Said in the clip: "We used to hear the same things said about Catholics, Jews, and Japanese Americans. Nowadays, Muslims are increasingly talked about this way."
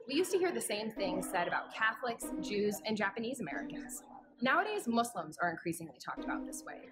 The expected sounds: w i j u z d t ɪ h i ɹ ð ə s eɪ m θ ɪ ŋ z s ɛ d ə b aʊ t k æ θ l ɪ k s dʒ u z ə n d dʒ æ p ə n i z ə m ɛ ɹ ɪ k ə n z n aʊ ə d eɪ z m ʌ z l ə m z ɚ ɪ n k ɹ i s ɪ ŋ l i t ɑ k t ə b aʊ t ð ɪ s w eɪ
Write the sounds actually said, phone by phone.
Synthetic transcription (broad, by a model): w i j u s t ɪ h i ɹ ð ə s eɪ m θ ɪ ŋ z s ɛ d ə b aʊ t k æ θ l ɪ k s dʒ u z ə n dʒ æ p ə n i z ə m ɛ ɹ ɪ k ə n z n aʊ ə d eɪ z m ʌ s l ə m z ɚ ɪ n k ɹ i s ɪ ŋ l i t ɑ k t ə b aʊ t ð ɪ s w eɪ